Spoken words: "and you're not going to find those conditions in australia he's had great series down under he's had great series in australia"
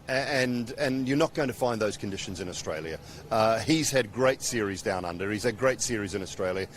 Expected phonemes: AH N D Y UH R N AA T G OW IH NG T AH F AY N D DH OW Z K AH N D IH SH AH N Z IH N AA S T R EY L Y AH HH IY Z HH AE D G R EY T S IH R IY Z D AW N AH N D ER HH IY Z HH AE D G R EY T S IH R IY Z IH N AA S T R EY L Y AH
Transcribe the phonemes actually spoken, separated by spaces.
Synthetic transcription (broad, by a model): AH N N Y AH R N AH T G OW IH NG T AH F AY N DH OW Z K AH N D IH SH AH N Z IH N AA S T R EY L Y AH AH IY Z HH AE D G R EY T S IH R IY Z D AW N AH N D ER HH IY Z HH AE D G R EY T S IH R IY Z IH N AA S T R EY L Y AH